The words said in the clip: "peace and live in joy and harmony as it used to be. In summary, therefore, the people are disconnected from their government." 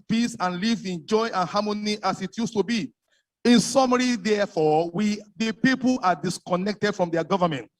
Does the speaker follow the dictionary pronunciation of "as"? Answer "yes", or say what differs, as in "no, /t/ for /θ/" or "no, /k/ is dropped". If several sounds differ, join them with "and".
no, /s/ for /z/